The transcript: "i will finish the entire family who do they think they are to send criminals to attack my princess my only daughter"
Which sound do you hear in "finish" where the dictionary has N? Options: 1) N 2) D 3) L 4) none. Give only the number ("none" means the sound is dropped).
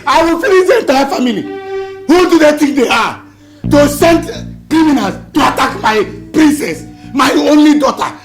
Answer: 3